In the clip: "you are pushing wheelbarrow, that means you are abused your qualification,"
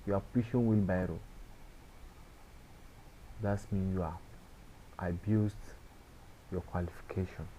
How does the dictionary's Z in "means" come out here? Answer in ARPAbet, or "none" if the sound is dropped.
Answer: none